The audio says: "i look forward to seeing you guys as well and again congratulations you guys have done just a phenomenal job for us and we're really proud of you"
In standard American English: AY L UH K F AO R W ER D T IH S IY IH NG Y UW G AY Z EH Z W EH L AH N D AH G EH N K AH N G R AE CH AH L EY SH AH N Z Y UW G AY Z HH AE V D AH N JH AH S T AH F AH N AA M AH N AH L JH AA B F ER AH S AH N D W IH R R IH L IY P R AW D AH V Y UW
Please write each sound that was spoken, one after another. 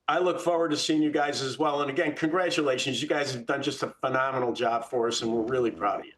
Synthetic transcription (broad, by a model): AY L UH K F AO R W ER D T IH S IY IH NG Y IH G AY Z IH Z W EH L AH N AH G EH N K AH N G R AE CH AH L EY SH AH N Z Y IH G AY Z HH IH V D AH N JH AH S T AH F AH N AA M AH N L JH AA B F ER AH S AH N W IH R R IH L IY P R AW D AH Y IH